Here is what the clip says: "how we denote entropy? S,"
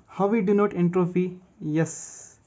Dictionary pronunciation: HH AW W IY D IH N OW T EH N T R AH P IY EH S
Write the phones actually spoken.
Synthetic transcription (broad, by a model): HH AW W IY D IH N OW T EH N T R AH F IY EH S